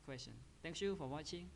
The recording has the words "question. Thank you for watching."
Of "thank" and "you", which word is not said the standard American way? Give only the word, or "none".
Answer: thank